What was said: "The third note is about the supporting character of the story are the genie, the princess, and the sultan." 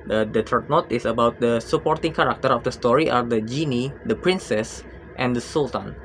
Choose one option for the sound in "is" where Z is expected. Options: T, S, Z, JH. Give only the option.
S